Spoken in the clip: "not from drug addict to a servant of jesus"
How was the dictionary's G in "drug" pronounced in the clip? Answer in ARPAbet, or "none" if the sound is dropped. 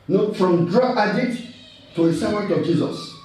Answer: none